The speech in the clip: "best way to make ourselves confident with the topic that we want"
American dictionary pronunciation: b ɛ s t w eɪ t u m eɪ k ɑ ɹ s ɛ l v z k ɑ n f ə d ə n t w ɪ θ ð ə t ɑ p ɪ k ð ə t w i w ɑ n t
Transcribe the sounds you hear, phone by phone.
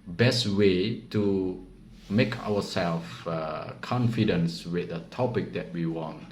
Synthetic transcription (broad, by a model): b ɛ s t w eɪ t u m eɪ k ɑ w s ɛ l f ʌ k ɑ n f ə d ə n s w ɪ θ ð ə t ɑ p ɪ k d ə t w i w ɑ n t